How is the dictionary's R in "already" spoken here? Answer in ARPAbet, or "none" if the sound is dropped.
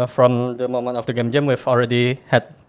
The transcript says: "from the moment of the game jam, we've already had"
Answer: R